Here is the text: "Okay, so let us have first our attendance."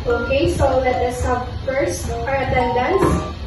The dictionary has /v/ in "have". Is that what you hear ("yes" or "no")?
no